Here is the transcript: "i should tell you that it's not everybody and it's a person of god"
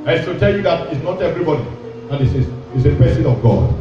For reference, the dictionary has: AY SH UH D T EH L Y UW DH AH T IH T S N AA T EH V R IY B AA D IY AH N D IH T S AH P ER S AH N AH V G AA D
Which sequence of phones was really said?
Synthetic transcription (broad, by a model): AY S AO T EH L Y UW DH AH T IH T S N AA T EH V R IY B AA D IY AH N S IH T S AH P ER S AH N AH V G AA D